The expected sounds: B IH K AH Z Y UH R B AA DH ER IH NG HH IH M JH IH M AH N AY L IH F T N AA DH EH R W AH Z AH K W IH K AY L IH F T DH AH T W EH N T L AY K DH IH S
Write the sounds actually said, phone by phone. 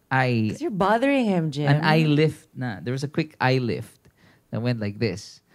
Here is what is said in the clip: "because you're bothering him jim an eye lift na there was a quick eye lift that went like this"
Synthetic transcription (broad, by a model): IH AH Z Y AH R B AA DH ER IH NG HH IH M JH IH AH N AY L IH F T N AA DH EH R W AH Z AH K W IH K AY L IH F T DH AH T W EH N T L AY K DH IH S